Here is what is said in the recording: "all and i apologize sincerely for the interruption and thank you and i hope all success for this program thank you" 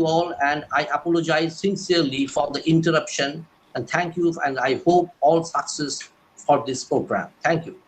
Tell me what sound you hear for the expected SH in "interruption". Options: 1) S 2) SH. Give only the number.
2